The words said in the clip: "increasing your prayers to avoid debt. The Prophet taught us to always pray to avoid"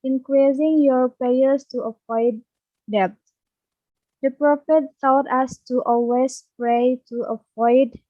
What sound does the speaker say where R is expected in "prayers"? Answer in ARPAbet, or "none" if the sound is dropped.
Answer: none